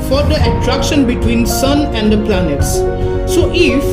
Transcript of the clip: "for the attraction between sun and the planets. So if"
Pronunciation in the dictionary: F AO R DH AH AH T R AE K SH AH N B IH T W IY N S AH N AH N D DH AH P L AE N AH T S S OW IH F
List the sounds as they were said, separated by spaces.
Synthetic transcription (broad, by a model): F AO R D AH AH T R AE K SH AH N B IH T W IY N S AH N AH N D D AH P L AE N AH T S S OW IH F